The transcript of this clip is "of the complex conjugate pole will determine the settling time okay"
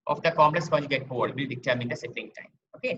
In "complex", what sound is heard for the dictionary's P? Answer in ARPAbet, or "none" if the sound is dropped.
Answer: none